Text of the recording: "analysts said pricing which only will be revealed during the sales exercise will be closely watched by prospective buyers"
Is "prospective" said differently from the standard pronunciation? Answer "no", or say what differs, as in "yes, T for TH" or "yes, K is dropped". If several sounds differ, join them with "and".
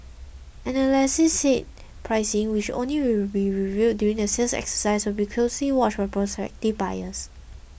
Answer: no